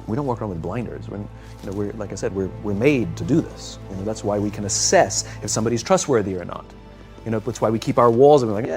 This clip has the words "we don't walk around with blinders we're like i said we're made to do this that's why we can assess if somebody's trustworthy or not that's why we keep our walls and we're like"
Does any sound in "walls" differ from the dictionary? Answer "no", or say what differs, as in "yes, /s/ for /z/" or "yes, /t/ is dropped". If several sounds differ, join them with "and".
no